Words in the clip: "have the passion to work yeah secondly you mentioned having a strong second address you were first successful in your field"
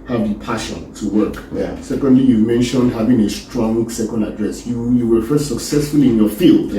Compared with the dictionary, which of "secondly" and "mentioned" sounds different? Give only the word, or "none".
none